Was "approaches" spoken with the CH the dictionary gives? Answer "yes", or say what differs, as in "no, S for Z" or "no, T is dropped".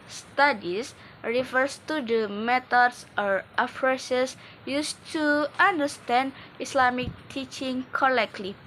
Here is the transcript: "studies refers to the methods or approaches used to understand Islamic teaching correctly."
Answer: no, S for CH